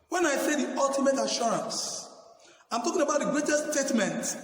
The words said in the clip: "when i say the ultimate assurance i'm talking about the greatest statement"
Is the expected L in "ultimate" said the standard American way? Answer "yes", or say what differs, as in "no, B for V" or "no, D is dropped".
yes